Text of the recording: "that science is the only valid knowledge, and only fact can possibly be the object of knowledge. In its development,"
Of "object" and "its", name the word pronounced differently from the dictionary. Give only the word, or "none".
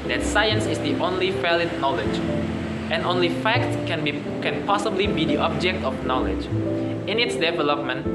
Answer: none